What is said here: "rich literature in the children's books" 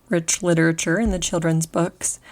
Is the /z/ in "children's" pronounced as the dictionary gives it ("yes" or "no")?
yes